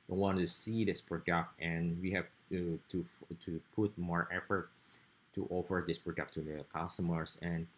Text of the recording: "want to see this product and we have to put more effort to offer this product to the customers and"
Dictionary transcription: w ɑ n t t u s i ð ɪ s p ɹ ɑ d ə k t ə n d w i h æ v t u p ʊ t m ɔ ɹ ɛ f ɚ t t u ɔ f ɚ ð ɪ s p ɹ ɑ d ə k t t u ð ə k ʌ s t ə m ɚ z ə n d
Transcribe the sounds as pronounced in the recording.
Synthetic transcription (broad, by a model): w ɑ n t t u s i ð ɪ s p ɹ ɑ d ə k t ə n w i h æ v t u p ʊ t m ɔ ɹ ɛ f ɚ t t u ɔ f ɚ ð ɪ s p ɹ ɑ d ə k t t u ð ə k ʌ s t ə m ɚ s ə n